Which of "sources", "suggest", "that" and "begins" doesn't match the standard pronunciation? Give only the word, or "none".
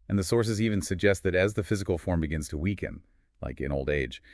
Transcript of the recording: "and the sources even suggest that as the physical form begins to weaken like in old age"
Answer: none